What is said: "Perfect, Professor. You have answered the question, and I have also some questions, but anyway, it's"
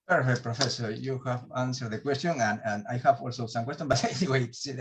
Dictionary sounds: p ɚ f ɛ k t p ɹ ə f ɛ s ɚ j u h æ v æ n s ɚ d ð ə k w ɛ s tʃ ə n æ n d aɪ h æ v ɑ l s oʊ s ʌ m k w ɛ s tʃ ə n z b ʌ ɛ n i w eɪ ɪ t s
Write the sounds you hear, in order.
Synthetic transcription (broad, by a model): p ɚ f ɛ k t p ɹ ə f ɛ s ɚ j u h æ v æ n s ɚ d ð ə k w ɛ s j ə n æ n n aɪ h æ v ɑ l s oʊ s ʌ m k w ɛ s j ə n b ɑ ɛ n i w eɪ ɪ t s